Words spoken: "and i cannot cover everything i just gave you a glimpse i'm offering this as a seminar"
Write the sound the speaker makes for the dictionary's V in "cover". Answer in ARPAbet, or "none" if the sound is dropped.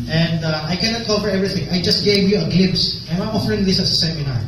F